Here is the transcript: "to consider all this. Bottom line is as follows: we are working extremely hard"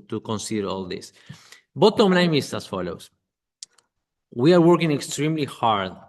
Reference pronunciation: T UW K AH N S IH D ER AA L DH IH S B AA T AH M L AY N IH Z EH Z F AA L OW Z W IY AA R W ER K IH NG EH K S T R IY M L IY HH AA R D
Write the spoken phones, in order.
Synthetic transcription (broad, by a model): T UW K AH N S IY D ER AA L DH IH S B AA T AH M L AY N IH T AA S F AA L OW S W IY AA R W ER K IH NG EH K S T R IY M L IY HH AA R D